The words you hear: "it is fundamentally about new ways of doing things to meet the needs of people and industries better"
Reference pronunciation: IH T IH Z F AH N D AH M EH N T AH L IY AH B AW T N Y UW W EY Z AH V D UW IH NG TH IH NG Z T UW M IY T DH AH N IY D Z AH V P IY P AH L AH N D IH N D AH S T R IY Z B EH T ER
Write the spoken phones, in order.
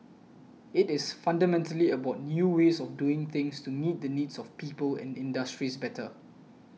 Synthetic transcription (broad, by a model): IH T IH S F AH N D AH M EH N T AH L IY AH B AW T N Y UW W EY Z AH F D UW IH NG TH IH NG S T UW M IY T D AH N IY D S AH F P IY P AH L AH N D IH N D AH S T R IY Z B EH T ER